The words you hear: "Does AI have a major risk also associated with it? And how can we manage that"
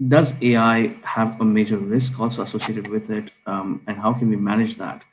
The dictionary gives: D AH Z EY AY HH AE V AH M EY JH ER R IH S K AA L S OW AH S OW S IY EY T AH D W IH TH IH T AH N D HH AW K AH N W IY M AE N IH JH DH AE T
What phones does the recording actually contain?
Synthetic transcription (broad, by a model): D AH Z EY AY HH AE V AH M EY JH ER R IH S K AA L S OW AH S OW S IY EY T AH D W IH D IH T AH N D HH AW K AH N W IY M AE N IH JH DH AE T